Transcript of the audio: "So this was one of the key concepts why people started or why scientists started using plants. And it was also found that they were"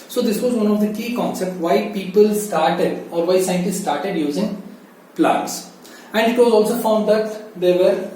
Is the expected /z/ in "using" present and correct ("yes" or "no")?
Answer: yes